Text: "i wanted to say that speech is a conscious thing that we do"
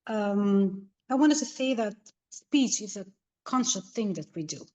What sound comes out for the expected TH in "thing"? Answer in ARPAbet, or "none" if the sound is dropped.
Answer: TH